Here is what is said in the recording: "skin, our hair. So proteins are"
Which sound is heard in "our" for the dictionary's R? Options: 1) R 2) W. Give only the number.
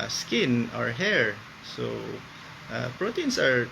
1